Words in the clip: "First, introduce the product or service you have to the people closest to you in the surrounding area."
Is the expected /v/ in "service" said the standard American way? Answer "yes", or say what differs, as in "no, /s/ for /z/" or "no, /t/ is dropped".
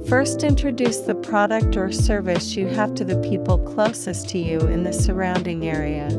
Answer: yes